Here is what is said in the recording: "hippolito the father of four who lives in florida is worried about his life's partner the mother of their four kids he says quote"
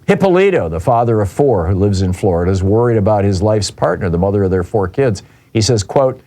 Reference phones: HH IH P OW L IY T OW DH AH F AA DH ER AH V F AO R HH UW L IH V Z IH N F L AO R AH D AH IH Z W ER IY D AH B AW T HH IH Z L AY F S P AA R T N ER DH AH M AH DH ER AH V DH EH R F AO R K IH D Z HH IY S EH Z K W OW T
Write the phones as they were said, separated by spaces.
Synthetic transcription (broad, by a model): HH IH P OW L IY T OW DH AH F AA DH ER AH V F AO R HH UW L IH V Z IH N F L AO R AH D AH IH Z W ER IY D AH B AW T HH IH Z L AY F S P AA R T N ER DH AH M AH DH ER AH V DH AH R F AO R K IH D Z HH IY S EH Z K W OW T